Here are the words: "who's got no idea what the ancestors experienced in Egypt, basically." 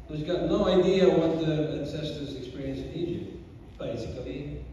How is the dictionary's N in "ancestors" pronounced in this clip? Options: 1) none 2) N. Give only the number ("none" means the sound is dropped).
2